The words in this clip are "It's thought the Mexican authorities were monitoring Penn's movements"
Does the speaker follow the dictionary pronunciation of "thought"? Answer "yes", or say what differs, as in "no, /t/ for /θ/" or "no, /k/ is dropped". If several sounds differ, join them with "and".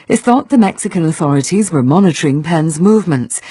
yes